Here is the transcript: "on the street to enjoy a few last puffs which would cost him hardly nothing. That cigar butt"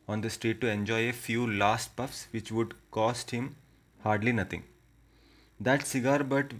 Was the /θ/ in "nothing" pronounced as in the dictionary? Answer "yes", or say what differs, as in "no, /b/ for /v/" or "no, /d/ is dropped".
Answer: no, /t/ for /θ/